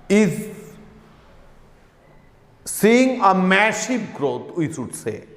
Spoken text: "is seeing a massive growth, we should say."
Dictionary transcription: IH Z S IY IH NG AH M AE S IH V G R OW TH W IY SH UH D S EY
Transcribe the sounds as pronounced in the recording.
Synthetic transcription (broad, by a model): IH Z S IY IH NG AH M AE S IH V G R OW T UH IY S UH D S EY